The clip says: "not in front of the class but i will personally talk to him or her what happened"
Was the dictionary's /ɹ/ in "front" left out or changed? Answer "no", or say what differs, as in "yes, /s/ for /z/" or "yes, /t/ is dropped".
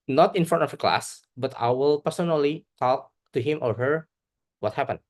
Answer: yes, /ɹ/ is dropped